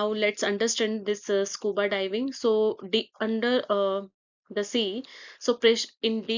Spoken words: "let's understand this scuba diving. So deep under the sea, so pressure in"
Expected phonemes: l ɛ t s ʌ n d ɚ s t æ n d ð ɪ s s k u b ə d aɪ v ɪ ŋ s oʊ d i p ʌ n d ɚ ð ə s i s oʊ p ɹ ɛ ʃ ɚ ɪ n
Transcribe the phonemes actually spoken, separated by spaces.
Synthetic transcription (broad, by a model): l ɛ t s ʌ n d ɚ s t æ n d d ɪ s s k u b ə d aɪ v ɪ ŋ s oʊ d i ʌ n d ɚ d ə s i s oʊ p ɹ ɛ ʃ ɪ n